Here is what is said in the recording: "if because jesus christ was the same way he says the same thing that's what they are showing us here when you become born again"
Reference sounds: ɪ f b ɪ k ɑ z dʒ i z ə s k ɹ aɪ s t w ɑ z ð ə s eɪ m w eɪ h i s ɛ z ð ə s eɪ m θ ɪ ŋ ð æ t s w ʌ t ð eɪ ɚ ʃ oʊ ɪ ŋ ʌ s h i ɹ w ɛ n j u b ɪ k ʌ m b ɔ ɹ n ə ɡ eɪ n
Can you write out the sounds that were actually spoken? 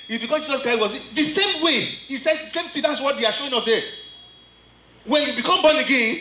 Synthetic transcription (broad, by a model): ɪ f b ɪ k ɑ dʒ i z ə s k ɹ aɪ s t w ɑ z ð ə s eɪ m w eɪ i s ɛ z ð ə s eɪ m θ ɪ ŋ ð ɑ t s w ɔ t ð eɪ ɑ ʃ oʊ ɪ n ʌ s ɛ w ɛ n j u b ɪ k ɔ m b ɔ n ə ɡ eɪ n